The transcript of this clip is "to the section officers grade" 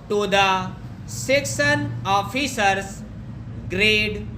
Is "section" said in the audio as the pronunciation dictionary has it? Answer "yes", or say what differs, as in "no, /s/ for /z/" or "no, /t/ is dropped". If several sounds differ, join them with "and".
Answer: no, /s/ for /ʃ/